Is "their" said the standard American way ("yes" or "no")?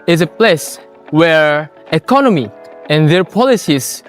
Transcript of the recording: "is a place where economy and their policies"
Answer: yes